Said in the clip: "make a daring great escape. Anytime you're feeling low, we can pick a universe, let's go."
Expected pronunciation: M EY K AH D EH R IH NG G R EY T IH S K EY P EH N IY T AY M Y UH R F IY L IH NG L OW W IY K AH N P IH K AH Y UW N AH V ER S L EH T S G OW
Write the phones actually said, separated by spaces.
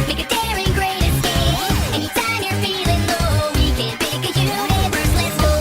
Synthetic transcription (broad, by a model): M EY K AH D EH R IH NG G R EY T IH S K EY IH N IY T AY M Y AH R F IY L IH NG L OW W IY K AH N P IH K AH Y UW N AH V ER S L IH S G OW